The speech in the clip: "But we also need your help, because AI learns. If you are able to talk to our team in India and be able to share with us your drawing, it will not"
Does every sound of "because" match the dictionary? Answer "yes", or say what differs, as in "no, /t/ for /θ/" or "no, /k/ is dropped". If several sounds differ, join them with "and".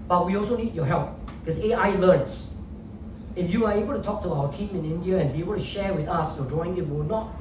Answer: no, /z/ is dropped